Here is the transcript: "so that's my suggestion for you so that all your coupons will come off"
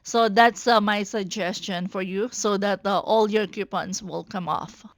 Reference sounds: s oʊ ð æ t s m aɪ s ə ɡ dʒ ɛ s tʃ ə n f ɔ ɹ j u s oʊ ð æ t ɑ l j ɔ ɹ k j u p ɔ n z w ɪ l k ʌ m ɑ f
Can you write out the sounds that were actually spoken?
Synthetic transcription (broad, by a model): s oʊ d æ t s m aɪ s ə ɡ dʒ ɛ s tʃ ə n f ɔ ɹ j u s oʊ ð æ t ɑ l j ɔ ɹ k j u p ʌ n s w ɪ l k ʌ m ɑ f